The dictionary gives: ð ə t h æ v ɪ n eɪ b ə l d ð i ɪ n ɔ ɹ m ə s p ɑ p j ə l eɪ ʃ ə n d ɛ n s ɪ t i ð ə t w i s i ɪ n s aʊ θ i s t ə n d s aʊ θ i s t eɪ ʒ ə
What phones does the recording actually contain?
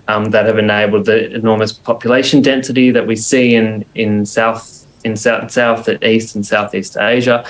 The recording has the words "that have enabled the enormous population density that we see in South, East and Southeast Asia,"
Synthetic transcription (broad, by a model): ð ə t h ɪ v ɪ n eɪ b l d ð i ɪ n ɔ ɹ m ə s p ɑ p j ə l eɪ ʃ ə n d ɛ n s ɪ t i ð ə t w i s i ɪ n s aʊ θ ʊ s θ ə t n s aʊ θ i s t eɪ ʒ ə